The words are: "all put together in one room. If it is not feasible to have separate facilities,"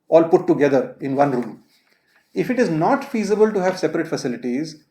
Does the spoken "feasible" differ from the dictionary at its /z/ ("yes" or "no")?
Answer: no